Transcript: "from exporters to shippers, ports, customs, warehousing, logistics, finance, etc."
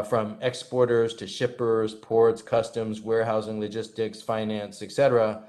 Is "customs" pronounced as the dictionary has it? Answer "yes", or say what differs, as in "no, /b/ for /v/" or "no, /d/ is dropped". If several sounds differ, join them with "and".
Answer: yes